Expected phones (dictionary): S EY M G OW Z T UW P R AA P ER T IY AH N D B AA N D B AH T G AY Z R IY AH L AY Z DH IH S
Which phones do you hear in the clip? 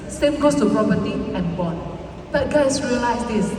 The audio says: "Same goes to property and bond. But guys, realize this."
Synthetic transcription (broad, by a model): S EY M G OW S T UW P R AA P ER T IY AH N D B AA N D B AH T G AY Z R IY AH L AY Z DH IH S